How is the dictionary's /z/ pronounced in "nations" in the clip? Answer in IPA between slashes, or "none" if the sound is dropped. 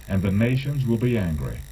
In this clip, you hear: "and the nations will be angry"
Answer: /z/